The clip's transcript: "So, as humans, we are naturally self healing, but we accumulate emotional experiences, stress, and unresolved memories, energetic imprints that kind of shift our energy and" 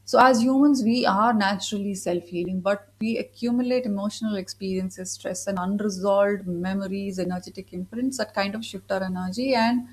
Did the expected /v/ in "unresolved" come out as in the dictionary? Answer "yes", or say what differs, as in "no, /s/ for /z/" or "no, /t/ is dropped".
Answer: no, /v/ is dropped